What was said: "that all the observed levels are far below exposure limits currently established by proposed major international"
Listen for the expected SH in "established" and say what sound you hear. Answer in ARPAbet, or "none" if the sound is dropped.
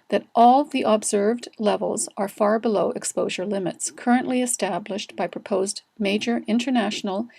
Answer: SH